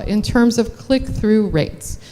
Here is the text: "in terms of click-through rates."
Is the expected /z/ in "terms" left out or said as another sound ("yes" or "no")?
no